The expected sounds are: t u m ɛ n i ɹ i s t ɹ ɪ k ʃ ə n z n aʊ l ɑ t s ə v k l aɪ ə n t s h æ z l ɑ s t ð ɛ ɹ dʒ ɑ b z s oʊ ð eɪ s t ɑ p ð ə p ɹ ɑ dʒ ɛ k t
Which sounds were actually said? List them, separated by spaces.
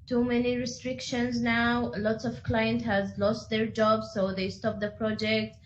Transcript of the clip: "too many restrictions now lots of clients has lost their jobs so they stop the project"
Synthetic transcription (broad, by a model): t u m ɛ n i ɹ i s t ɹ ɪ k ʃ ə n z n aʊ l ɑ t s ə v k l aɪ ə n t h æ z l ɑ s t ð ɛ ɹ dʒ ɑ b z s oʊ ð eɪ s t ɑ p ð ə p ɹ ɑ dʒ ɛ k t